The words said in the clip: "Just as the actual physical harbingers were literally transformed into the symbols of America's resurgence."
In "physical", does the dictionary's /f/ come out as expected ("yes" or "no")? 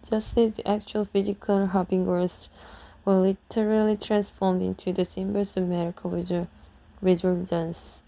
yes